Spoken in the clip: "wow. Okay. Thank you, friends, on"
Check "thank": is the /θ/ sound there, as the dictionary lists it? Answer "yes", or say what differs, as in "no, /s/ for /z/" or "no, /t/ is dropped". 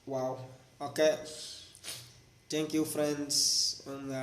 no, /t/ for /θ/